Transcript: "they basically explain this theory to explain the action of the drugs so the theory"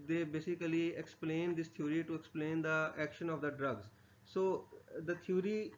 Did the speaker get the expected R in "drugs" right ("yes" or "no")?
yes